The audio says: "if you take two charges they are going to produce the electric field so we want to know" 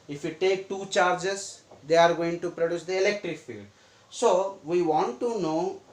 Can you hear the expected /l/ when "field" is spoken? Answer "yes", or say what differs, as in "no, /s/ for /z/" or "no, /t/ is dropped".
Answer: yes